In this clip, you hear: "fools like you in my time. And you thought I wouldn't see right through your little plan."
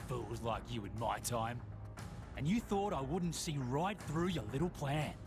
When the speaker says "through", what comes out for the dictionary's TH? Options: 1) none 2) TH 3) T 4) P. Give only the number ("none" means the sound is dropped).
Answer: 2